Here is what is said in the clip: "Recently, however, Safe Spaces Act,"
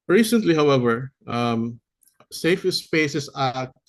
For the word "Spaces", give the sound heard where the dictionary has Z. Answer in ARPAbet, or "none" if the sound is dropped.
S